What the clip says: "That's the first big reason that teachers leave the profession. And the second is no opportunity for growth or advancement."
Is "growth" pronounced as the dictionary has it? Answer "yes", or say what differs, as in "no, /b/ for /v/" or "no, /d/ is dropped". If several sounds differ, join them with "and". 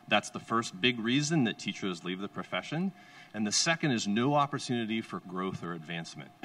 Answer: yes